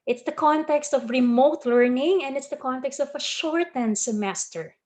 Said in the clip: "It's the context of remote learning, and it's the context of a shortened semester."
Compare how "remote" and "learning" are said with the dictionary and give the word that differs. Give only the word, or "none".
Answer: none